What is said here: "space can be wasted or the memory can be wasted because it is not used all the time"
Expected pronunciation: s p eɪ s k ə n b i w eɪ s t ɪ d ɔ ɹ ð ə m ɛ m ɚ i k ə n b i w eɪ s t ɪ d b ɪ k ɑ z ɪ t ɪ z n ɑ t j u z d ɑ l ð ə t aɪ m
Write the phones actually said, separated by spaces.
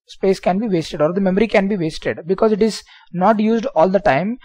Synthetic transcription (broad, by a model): s p eɪ s k ə n b i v eɪ s t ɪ d ɔ ɹ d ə m ɛ m ɚ i k ə n b i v eɪ s t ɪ d b ɪ k ɑ z ɪ t ɪ z n ɑ t j u z d ɑ l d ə t aɪ m